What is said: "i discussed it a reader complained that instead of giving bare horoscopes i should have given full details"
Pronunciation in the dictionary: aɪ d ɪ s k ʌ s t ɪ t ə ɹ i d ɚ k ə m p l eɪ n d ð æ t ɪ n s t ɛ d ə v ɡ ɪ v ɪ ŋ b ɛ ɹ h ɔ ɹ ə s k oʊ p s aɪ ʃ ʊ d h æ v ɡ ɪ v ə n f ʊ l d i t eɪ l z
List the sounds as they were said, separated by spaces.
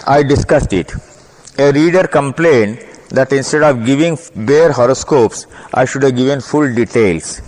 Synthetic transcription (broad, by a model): aɪ d ɪ s k ʌ s t ɪ t ə ɹ i d ɚ k ə m p l eɪ n d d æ t ɪ n s t ɛ d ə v ɡ ɪ v ɪ ŋ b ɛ ɹ h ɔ ɹ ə s k oʊ p s aɪ ʃ ʊ d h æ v ɡ ɪ v ə n f ʊ l d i t eɪ l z